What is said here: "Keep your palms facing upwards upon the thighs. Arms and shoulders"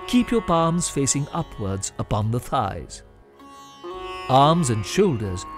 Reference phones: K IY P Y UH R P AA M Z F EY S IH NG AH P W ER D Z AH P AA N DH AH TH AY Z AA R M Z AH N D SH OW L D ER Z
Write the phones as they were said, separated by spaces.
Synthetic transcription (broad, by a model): K IY P Y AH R P AA M Z F EY S IH NG AH P W ER D Z AH P AA N DH AH TH AY Z AA R M Z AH N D SH OW L D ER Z